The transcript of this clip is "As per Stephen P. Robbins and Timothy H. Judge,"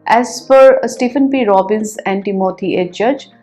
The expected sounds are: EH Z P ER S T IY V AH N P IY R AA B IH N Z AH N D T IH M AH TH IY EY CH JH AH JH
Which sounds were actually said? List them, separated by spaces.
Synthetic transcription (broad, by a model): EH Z F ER S T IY F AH N P IY R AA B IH N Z AH N D T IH M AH T IY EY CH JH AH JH